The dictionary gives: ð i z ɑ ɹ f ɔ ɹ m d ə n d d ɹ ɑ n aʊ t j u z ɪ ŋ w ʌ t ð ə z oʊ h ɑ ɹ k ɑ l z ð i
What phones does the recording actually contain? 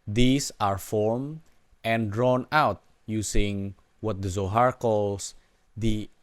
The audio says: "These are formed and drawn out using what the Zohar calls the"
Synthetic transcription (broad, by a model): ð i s ɑ ɹ f ɔ ɹ m ə n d d ɹ ɑ n aʊ t j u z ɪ ŋ w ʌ t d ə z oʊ h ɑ ɹ k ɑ l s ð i